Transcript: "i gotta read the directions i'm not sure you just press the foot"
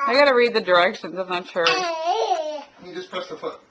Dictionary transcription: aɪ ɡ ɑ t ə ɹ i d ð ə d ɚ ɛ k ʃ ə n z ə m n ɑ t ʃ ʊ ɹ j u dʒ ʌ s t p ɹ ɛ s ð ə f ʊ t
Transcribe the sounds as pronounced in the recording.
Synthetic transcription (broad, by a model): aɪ ɡ ɑ t ə ɹ i d ð ə d ɚ ɛ k ʃ ə n z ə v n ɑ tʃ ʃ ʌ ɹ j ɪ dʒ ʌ s p ɹ ɛ s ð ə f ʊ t